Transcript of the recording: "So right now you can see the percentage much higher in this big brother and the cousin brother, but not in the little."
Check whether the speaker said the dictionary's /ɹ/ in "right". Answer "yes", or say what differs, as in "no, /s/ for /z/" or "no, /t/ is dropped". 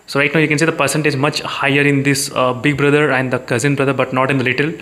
no, /l/ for /ɹ/